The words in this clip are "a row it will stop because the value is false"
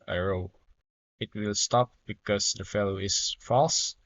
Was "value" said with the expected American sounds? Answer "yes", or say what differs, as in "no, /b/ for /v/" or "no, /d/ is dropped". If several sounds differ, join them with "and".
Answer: no, /f/ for /v/